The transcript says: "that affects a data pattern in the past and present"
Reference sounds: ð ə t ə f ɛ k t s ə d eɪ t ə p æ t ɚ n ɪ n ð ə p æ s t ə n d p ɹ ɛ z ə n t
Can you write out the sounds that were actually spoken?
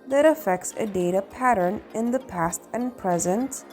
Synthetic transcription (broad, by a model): ð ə t ə f ɛ k t s ə d eɪ t ə p æ t ɚ n ɪ n ð ə p æ s t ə n p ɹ ɛ z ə n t